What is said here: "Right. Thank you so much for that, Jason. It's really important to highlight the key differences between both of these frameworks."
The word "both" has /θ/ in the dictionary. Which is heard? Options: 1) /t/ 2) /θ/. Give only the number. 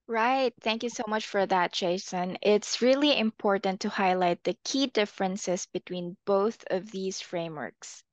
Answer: 2